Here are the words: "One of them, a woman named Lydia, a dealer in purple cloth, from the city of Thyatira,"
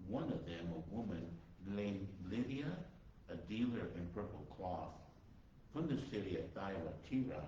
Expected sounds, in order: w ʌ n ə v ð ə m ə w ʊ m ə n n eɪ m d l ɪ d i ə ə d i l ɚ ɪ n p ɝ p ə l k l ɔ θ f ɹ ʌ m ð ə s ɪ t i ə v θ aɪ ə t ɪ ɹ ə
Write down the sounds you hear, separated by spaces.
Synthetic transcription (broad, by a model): w ʌ n ə v ð ə m ə w ʊ m ə n l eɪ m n l ɪ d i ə ə d i l ɚ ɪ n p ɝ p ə l k l ɔ θ f ɹ ʌ m ð ə s ɪ t i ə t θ aɪ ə t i ɹ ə